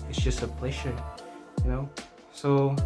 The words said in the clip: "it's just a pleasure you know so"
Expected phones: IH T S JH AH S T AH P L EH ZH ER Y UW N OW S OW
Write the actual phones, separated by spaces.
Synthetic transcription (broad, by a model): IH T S JH AH S T AH P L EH SH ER Y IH N OW S OW